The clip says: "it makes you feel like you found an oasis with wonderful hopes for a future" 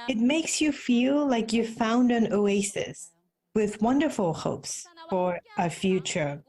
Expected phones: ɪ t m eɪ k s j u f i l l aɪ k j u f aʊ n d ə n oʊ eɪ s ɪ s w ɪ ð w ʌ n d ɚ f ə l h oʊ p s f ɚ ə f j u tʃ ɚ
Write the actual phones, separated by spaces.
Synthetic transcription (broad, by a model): ɪ t m eɪ k s j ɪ f i l l aɪ k j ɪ f aʊ n d ə n oʊ eɪ s ɪ s w ɪ ð w ʌ n d ɚ f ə l h oʊ p s f ɚ ə f j u tʃ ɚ